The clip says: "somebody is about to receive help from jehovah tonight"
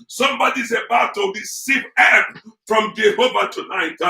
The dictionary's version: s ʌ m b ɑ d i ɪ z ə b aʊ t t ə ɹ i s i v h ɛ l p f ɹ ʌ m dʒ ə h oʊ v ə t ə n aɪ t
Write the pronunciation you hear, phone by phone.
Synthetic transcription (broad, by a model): s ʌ m b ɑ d i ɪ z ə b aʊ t t ə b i s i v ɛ p f ɹ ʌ m dʒ ə h oʊ v ə t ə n aɪ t